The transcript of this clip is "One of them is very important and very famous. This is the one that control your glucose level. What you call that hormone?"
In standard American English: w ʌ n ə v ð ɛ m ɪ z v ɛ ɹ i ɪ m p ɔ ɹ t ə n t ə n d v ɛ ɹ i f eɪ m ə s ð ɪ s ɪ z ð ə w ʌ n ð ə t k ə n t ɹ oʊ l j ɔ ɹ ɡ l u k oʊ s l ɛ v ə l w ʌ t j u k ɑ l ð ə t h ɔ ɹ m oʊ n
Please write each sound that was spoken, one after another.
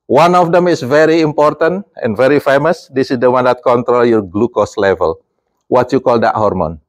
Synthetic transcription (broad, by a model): w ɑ n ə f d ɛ m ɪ s v ɛ ɹ i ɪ m p ɔ ɹ t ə n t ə n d v ɛ ɹ i f eɪ m ə s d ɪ s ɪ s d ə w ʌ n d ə t k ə n t ɹ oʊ l j ɔ ɹ ɡ l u k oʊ s l ɛ v ə l w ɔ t j u k ɑ l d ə t h ɔ ɹ m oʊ n